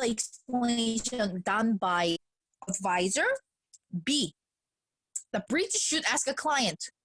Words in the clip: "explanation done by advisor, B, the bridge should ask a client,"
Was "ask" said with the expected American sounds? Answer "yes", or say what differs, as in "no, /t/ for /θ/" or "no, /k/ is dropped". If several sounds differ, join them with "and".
yes